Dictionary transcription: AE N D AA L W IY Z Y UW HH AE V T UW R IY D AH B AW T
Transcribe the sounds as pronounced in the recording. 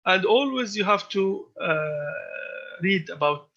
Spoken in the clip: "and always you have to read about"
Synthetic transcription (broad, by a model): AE N D AA L W IY Z Y UW HH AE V T UW R IY D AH B AW T